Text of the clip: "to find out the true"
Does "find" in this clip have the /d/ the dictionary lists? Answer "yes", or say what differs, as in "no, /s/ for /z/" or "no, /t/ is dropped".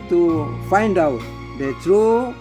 yes